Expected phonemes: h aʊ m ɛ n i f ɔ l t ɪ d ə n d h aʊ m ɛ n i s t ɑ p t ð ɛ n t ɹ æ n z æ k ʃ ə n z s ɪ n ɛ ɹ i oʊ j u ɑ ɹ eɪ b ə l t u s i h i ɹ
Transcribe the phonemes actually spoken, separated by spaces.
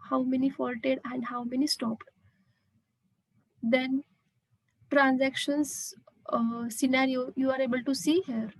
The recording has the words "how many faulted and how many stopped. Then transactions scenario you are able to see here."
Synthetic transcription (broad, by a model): h aʊ m ɛ n i f ɔ l t ɪ d ə n d h aʊ m ɛ n i s t ɑ p t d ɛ n t ɹ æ n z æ k ʃ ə n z s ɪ n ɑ ɹ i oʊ j u ɑ ɹ eɪ b ə l t u s i h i ɹ